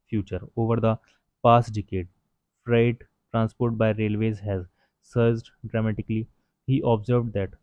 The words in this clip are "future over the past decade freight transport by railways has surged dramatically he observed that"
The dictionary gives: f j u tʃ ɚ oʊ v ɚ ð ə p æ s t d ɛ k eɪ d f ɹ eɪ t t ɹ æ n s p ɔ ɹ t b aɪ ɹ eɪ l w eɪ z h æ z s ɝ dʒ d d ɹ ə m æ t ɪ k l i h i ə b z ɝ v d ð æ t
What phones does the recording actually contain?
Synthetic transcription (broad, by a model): f j u tʃ ɚ oʊ v ɚ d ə p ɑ s t d ɛ k eɪ d f ɹ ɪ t t ɹ æ n s p ɔ ɹ t b aɪ ɹ eɪ l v eɪ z h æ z s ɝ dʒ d d ɹ ə m æ t ɪ k l i h i ə b z ɝ v d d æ t